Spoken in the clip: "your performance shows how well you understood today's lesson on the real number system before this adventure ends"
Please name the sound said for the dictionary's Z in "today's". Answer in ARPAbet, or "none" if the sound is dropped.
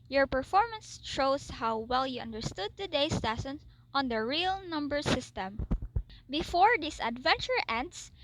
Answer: S